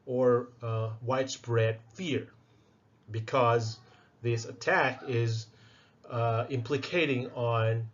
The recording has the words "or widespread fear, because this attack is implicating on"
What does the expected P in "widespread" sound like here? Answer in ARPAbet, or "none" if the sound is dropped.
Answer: B